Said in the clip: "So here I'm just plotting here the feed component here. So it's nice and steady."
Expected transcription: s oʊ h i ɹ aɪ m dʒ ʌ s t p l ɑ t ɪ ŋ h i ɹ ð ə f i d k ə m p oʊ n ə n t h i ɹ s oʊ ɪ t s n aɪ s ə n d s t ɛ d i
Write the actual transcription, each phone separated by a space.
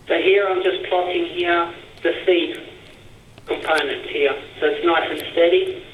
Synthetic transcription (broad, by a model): s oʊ h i ɹ aɪ m dʒ ʌ s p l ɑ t ɪ ŋ h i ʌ ð ə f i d k ə m p oʊ n ə n t h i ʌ s oʊ ɪ t s n aɪ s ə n s t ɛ d i